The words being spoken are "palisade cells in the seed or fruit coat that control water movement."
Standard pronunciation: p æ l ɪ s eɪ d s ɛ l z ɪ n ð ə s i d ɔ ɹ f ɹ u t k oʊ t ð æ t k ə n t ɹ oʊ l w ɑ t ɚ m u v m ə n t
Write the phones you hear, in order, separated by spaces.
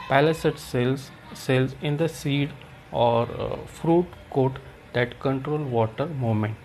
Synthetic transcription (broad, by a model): p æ l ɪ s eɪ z s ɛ l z ɪ n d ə s i d ɔ ɹ f ɹ u t k oʊ t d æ t k ə n t ɹ oʊ l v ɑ t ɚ m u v m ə n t